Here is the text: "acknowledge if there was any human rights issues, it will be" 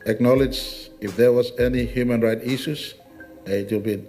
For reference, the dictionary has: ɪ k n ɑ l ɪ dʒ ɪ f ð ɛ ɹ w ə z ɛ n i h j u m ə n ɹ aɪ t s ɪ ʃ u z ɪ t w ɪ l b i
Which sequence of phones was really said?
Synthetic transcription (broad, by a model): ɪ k n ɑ l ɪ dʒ ɪ f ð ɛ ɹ w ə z ɛ n i h j u m ə n ɹ aɪ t ɪ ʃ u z ɪ t w ɪ l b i